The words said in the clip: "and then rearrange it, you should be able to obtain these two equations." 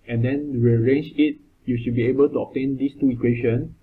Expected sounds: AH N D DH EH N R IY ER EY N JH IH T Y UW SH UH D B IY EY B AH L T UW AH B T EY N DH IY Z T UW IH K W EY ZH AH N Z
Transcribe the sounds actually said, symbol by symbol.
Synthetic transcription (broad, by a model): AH N D EH N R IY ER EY N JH IH T Y UW SH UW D B IY EY B AH L T UW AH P T EY N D IY S T UW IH K W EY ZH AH N